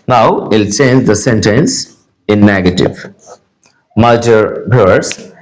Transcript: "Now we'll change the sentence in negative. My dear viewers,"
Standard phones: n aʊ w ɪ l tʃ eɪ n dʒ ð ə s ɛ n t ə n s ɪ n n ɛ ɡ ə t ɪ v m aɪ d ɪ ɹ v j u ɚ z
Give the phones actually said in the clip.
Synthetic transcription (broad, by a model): n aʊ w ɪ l tʃ eɪ n dʒ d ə s ɛ n t ə n s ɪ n n ɛ ɡ ə t ɪ v m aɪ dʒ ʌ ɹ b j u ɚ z